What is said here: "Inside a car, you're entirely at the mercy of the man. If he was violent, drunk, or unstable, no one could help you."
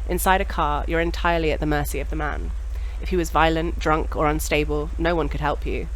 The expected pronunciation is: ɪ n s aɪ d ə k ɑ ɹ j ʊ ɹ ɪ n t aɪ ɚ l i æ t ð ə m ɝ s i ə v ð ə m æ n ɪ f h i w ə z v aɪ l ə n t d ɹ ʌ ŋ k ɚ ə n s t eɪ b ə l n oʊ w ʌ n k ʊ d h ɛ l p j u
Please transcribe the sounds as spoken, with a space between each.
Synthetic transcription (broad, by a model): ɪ n s aɪ d ə k ɑ ɹ j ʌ ɹ ɪ n t aɪ ɚ l i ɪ t ð ə m ɝ s i ə v ð ə m æ n ɪ f h i w ə z v aɪ l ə n d ɹ ʌ ŋ k ɚ ə n s t eɪ b ə l n oʊ w ʌ n k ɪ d h ɛ l p j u